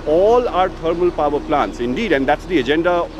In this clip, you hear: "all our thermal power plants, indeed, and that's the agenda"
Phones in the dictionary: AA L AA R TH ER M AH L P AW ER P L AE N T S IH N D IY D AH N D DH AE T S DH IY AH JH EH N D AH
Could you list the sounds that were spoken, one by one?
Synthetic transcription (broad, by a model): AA L AA R T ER M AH L P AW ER P L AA N T S IH N D IY D AH N D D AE T S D IY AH JH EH N D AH